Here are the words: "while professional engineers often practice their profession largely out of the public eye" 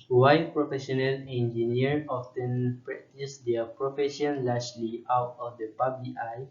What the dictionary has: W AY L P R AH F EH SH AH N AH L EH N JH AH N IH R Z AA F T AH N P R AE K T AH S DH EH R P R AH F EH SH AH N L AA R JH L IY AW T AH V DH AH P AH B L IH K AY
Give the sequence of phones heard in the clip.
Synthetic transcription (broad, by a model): W AY P R AH F EH SH AH N AH L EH N JH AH N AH R AA F T AH N P R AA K T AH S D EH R P R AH F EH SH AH N L AA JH L IY AW T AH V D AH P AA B IH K AY